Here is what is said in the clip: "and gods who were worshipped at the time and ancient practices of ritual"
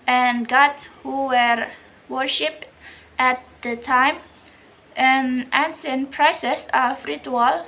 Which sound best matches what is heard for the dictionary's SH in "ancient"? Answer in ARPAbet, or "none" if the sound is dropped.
S